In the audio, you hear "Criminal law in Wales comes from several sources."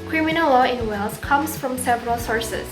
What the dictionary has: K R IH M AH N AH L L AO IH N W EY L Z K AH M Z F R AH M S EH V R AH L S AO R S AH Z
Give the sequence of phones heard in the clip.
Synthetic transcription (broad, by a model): K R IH M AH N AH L L AO IH N W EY L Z K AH M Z F R AH M S EH V R AH L S AO R S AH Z